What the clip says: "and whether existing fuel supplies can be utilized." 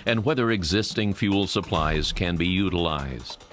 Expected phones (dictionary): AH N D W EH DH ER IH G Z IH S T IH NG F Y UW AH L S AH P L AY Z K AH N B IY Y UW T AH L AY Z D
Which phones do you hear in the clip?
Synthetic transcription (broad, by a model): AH N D W EH DH ER IH G Z IH S T IH NG F Y UW L S AH P L AY Z K AH N B IY Y UW T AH L AY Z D